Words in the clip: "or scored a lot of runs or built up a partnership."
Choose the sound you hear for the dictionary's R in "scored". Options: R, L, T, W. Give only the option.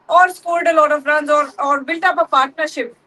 L